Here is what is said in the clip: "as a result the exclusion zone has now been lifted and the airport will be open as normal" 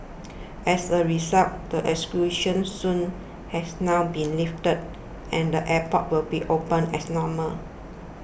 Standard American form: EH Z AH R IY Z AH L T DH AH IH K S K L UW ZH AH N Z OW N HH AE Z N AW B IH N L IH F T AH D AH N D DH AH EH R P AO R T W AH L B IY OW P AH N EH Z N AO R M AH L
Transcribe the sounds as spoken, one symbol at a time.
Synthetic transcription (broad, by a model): EH S AH R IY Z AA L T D AH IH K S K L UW SH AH N S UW N HH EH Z N AW B IH N L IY F T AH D AH N D AH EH P AO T W AH L B IY OW P AH N EH S N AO M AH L